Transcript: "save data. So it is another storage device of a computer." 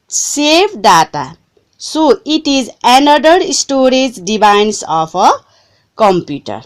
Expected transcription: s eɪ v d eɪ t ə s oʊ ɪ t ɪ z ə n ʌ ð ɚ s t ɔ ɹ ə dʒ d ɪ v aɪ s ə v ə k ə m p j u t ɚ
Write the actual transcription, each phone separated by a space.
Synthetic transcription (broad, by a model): s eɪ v d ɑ t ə s oʊ ɪ t ɪ z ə n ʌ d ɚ s t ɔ ɹ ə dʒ d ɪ b aɪ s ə p ə k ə m p j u t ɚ